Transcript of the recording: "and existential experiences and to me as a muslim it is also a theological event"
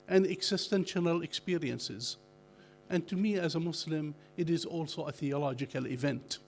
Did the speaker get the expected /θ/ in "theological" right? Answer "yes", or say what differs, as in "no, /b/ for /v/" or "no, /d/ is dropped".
yes